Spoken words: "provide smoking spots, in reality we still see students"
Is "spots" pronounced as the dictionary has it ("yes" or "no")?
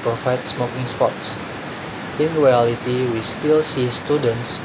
yes